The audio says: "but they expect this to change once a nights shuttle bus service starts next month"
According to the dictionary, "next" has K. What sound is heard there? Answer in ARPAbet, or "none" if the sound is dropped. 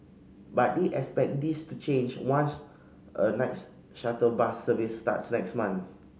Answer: K